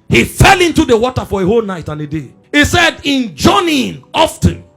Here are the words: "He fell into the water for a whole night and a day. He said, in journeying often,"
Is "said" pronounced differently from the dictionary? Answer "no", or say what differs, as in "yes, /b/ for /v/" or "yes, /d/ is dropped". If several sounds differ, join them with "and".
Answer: no